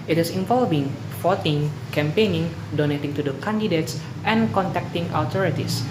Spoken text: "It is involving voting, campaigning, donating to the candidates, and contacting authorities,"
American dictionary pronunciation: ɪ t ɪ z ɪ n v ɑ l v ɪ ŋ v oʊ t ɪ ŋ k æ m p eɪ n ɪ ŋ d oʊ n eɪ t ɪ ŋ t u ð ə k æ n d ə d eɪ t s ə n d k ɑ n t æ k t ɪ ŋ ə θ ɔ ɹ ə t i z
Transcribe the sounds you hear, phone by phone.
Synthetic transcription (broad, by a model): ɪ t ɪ s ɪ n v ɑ l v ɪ ŋ f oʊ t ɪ ŋ k æ m p eɪ n ɪ ŋ d oʊ n eɪ t ɪ ŋ t u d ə k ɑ n d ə d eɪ t s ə n k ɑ n t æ k t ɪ ŋ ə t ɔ ɹ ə t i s